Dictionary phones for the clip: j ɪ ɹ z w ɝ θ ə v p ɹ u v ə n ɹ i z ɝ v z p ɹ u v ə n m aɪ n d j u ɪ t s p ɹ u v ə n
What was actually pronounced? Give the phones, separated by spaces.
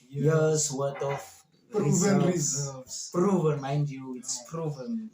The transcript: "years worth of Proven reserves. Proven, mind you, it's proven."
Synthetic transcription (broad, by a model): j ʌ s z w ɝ t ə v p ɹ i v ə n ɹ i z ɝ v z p ɹ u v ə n m aɪ n d j u ɪ t s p ɹ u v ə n